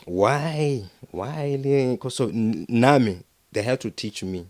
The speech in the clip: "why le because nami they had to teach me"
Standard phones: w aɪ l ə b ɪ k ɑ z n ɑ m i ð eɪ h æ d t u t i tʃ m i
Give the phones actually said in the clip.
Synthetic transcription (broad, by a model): w aɪ w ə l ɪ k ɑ s n ɑ m i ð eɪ h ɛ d t u t i tʃ m i